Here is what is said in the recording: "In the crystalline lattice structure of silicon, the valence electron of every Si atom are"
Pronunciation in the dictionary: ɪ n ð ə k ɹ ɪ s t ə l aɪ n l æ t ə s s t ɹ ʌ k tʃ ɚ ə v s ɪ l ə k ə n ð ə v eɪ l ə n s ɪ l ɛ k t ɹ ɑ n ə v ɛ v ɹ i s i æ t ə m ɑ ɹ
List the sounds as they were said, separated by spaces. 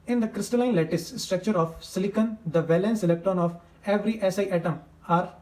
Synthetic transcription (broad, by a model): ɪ n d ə k ɹ ɪ s t ə l aɪ n l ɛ t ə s s t ɹ ʌ k tʃ ɚ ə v s ɪ l ə k ə n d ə v eɪ l ə n s ɪ l ɛ k t ɹ ɑ n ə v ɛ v ɹ i s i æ t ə m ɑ ɹ